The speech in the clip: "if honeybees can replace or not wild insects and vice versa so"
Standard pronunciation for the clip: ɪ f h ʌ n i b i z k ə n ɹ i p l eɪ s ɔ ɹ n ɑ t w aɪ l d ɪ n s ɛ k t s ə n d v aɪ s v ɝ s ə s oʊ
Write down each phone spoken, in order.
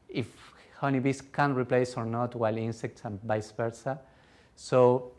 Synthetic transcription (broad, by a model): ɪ f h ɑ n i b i s k ə n ɹ i p l eɪ s ɔ ɹ n ɑ t w aɪ l i n s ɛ k t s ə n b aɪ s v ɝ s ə s oʊ